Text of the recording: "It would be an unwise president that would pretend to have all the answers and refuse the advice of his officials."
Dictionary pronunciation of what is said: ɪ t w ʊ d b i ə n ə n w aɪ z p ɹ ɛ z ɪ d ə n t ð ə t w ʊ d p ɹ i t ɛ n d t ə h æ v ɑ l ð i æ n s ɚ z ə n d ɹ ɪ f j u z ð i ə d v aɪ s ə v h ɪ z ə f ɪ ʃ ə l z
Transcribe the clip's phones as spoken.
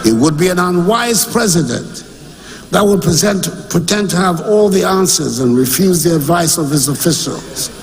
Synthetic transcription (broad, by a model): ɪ t w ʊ d b i ə n ə n w aɪ z p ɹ ɛ z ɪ d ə n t ð ə t w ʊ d p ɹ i t ɛ n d t ə v ɑ l ð i æ n s ɚ z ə n ɹ ɪ f j u z ð i ə d v aɪ s ə v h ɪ z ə f ɪ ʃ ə l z